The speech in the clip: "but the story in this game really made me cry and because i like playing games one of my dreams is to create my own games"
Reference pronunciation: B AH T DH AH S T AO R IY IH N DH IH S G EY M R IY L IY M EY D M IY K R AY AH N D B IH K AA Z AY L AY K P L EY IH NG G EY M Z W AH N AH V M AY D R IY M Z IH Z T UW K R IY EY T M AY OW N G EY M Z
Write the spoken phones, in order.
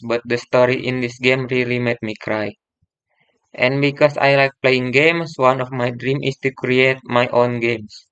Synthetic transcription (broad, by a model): B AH T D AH S T AO R IY IH N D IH S G EY M R IY L IY M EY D M IY K R AY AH N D B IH K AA S AY L AY K P L EY IH NG G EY M S W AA N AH F M AY D R IY M IH S T UW K R IY EY T M AY OW N G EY M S